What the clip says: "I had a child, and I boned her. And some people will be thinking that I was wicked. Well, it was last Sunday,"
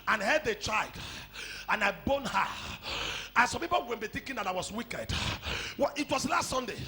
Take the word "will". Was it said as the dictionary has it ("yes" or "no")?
no